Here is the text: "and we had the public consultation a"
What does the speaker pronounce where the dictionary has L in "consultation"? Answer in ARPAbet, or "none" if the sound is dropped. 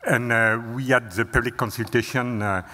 L